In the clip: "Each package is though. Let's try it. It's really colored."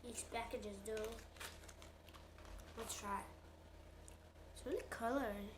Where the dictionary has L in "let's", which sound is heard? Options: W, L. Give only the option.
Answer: W